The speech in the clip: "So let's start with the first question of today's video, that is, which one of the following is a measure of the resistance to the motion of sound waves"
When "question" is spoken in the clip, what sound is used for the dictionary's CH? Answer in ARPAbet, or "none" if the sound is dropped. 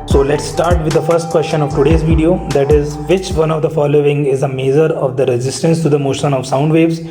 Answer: SH